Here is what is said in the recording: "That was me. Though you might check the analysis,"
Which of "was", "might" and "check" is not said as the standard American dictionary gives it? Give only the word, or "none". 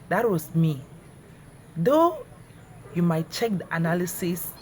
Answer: was